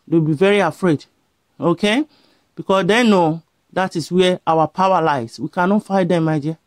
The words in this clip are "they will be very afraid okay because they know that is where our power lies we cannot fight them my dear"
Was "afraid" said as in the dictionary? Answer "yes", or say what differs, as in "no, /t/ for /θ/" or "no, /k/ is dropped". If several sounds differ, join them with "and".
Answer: yes